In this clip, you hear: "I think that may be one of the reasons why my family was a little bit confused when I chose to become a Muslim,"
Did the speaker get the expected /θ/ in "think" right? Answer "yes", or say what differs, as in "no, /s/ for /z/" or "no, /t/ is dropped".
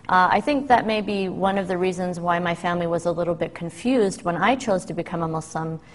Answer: yes